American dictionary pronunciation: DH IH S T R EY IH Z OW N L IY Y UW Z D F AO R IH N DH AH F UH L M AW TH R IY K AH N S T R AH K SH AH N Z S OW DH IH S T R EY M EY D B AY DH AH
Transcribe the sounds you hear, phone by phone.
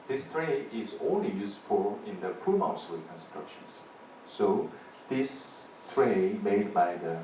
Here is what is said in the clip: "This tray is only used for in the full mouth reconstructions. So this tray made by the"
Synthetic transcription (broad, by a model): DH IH S T R EY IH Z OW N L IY Y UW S F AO L IH N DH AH P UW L M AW S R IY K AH N S T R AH K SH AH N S S OW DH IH S T R EY M EY D B AY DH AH